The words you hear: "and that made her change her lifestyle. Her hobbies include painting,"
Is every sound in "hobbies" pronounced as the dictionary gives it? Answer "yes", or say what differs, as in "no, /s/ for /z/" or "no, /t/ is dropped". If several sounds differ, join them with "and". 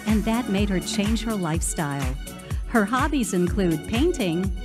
yes